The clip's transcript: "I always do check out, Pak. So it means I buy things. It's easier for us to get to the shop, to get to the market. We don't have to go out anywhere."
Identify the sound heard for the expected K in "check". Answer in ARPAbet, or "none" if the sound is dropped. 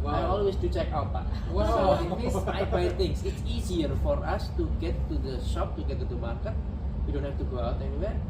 K